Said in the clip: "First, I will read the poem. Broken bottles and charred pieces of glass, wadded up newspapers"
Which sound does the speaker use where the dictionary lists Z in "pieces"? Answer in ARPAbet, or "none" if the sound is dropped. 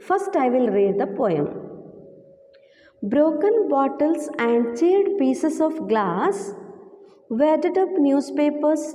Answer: S